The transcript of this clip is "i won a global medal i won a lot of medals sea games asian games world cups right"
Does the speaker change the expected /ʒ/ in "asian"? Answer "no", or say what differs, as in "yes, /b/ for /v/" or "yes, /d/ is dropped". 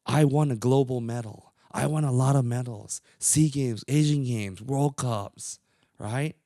no